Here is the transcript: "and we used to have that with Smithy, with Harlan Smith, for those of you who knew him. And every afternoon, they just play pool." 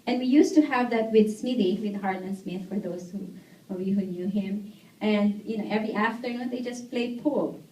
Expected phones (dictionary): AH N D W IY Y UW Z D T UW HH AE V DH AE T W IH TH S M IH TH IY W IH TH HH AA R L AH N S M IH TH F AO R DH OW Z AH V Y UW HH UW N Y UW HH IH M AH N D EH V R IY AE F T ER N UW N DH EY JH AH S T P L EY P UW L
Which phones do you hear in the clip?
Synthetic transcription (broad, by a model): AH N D W IY Y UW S T UW HH AE V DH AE T W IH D S M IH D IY W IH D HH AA R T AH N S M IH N F AO R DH OW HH AH V Y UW HH UW N Y UW HH IH M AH N D EH V R IY AE F T ER N UW N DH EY JH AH S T P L EY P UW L